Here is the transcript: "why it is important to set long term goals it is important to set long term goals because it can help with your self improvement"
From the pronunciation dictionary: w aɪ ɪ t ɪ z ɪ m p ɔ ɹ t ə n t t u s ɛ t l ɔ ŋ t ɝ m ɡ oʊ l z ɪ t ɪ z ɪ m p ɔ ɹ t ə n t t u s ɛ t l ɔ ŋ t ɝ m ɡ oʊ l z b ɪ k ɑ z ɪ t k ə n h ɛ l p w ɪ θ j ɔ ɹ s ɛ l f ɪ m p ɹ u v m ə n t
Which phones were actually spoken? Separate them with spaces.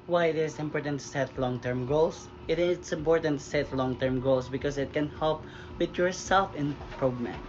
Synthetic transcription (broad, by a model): w aɪ ɪ t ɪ s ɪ m p ɔ ɹ t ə n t t u s ɛ t l ɔ ŋ t ɝ m ɡ oʊ l s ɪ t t s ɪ m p ɔ ɹ t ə n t t u s ɛ t l ɔ ŋ t ɝ m ɡ oʊ l s b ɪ k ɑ s ɪ t k ə n h ɛ l p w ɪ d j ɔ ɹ s ɛ l f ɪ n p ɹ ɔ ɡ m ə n